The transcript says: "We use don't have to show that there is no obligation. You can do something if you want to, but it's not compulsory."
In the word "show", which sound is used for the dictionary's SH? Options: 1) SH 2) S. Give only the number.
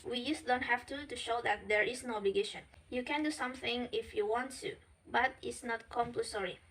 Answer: 1